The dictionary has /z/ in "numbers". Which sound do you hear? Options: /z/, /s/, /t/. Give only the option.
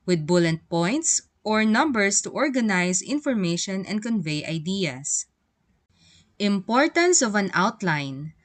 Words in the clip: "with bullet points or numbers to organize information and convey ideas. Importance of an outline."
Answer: /s/